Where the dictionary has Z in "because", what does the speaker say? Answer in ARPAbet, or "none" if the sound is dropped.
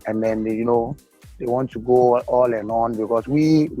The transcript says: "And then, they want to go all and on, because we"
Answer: S